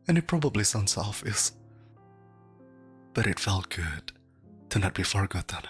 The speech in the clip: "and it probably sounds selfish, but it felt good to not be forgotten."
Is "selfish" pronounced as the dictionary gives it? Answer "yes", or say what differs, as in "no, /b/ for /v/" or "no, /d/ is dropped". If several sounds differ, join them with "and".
no, /s/ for /ʃ/